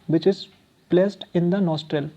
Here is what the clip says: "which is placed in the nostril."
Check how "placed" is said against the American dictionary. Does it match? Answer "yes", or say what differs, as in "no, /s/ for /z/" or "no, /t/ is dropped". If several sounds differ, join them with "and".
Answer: yes